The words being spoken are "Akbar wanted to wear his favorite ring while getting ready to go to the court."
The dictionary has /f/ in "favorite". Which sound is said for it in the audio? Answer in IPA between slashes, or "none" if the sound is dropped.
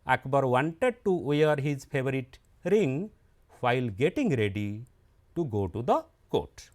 /p/